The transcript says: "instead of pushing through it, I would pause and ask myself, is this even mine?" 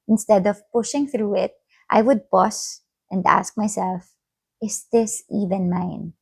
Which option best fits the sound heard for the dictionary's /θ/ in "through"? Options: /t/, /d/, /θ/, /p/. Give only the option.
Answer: /θ/